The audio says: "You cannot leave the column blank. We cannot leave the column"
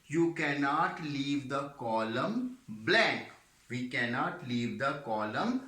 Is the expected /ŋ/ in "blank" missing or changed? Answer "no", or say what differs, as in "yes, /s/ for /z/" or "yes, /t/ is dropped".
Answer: yes, /ŋ/ is dropped